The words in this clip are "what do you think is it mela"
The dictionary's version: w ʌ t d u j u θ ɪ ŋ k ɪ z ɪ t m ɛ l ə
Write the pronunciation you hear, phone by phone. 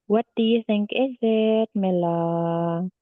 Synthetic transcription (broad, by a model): w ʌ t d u j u θ ɪ ŋ k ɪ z ɪ t m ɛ l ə